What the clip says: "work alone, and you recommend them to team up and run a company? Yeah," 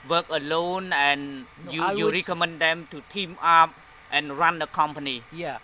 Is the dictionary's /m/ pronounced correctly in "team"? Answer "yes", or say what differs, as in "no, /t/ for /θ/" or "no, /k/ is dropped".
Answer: yes